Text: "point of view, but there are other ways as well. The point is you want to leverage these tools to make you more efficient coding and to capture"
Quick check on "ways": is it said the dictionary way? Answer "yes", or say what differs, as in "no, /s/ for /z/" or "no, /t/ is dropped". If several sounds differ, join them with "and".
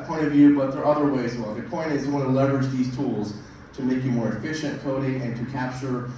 no, /z/ is dropped